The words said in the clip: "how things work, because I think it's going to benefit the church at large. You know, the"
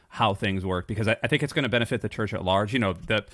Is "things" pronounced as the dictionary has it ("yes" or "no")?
yes